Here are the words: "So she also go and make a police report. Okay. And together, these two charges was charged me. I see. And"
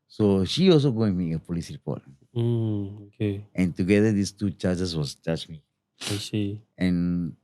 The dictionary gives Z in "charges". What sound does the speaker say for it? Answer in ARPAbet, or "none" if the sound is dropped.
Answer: S